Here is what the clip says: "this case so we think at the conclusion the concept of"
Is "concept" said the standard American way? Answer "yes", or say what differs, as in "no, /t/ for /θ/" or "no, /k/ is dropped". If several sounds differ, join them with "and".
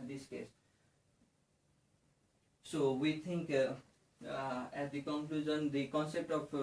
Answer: yes